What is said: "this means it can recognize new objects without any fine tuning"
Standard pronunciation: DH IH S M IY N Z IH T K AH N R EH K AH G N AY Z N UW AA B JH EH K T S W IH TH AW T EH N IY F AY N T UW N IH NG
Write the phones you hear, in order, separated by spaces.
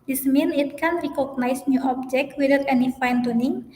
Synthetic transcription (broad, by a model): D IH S M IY N IH T K AH N R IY K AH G N AY S N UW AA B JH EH K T W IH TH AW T EH N IY F AY N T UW N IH NG